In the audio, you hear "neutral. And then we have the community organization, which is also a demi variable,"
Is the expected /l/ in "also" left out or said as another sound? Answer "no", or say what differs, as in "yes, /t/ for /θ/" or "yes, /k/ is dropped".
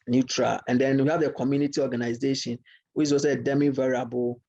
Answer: yes, /l/ is dropped